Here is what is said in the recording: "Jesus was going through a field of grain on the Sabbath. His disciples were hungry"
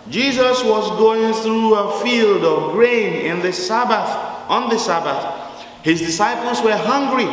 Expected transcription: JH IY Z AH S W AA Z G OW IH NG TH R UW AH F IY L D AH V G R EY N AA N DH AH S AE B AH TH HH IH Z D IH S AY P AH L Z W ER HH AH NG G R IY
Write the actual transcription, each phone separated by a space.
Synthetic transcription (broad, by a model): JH IY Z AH S W AA Z G OW IH NG TH R UW AH F IY L D AH V G R EY N AA N DH AH S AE B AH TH HH IH Z D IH S AY P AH L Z W ER HH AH NG G R IY